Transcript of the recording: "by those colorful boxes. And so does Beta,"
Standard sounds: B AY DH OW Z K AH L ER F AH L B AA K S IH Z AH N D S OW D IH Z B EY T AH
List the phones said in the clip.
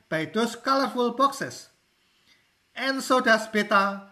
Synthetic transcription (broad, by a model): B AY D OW S K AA L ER F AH L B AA K S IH S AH N S OW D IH S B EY T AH